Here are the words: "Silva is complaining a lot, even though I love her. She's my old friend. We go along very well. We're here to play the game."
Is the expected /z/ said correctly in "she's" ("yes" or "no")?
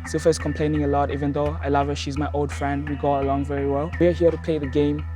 yes